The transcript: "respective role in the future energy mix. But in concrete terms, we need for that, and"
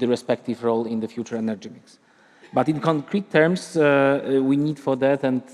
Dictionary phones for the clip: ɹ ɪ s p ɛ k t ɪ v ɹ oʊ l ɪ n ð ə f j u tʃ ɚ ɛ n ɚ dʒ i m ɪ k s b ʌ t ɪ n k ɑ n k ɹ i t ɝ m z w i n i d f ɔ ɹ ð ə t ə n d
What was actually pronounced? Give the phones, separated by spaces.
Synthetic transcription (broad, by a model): ɹ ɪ s p ɛ k t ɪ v ɹ oʊ l ɪ n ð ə f j u tʃ ɚ ɛ n ɚ dʒ i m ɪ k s b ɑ t ɪ n k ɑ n k ɹ i t ɝ m s w i n i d f ɔ ɹ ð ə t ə n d